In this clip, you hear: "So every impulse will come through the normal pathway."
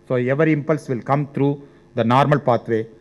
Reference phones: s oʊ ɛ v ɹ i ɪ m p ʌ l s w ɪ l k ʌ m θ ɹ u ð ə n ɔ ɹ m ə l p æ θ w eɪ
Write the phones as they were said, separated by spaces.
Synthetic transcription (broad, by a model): s oʊ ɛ v ɹ ɪ m p ʌ l s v ɪ l k ʌ m t ɹ u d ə n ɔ ɹ m ə l p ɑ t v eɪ